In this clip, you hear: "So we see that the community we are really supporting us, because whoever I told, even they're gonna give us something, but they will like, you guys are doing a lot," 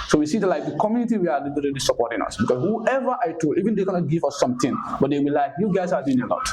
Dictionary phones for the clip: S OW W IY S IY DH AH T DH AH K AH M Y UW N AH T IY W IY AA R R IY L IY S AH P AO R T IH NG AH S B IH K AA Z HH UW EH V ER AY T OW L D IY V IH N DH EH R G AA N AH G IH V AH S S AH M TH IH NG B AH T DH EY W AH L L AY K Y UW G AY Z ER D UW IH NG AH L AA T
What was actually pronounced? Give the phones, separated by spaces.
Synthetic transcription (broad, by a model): S OW W IY S IY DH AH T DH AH K AH M Y UW N AH T IY W IY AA L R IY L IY S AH P AO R T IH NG AH S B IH K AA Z HH UW EH V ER AY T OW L IY V IH N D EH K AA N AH G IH V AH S S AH M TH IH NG B AH T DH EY W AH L L AY K Y UW G AY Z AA D UW IH NG AH L AA T